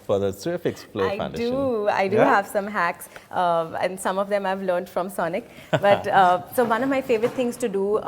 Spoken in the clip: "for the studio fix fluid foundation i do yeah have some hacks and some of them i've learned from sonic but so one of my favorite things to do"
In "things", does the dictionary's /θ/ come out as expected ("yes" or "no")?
no